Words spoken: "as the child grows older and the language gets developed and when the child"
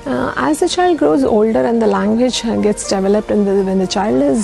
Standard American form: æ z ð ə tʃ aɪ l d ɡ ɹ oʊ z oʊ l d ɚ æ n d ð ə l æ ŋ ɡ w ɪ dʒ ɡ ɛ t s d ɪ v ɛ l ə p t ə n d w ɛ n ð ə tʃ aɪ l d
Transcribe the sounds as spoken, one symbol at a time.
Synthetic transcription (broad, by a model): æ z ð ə tʃ aɪ l d ɡ ɹ oʊ z oʊ l d ɚ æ n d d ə l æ ŋ ɡ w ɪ dʒ ɡ ɛ t s d ɪ v ɛ l ə p t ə n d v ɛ n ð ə tʃ aɪ l d